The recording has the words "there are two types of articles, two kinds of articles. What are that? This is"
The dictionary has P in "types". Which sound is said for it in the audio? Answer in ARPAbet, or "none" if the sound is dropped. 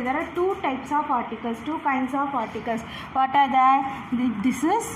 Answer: P